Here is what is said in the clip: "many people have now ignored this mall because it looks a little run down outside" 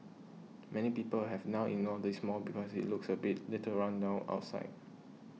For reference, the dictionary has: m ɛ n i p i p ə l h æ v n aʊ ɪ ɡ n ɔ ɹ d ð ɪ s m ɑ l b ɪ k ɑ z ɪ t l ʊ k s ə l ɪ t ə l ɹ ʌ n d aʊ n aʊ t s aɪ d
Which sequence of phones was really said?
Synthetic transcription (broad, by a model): m ɛ n i p i p ə l h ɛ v n aʊ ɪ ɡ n ɔ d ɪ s m ɑ l b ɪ k ɑ s ɪ t l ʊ k s ə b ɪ t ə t ɹ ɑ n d aʊ aʊ t s aɪ d